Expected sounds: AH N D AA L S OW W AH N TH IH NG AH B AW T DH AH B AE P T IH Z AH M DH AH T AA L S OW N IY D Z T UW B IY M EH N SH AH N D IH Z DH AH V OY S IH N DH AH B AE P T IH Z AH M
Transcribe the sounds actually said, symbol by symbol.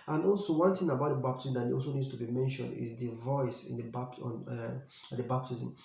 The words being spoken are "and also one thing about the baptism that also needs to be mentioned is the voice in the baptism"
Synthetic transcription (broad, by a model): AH N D AA L S OW W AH N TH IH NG AH B AW T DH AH B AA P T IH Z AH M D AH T AA L S OW N IY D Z T UW B IY M EH N SH AH N D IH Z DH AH V OY S IH N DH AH B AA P T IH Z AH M